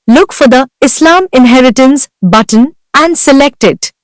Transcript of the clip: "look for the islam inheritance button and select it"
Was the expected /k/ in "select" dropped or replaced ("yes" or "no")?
no